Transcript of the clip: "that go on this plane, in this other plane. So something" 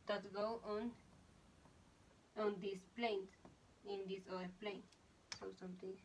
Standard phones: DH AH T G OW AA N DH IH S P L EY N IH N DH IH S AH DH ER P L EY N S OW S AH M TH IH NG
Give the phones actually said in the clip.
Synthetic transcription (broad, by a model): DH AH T G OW AA N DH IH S P L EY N IH N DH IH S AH ER P L EY N S OW S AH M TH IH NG